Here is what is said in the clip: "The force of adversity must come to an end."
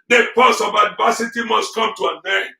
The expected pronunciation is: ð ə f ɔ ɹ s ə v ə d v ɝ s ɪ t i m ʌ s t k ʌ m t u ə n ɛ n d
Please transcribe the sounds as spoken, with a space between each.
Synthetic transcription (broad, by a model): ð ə p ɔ s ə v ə d v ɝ s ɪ t i m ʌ s t k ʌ m t u ə n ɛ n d